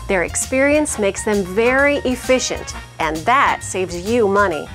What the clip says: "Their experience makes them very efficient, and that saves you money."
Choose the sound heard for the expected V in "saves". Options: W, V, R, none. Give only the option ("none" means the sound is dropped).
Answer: V